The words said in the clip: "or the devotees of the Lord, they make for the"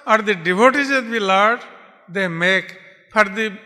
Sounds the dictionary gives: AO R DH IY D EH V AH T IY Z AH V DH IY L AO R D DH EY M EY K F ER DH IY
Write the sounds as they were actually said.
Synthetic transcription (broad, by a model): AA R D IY D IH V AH T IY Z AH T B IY L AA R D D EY M EY K P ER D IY